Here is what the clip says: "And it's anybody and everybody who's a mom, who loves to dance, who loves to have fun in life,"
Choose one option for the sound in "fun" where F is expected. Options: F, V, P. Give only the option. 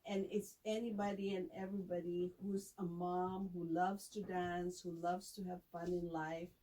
F